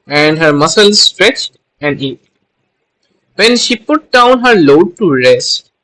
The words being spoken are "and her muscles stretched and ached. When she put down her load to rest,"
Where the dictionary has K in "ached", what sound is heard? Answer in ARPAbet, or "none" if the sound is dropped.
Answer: none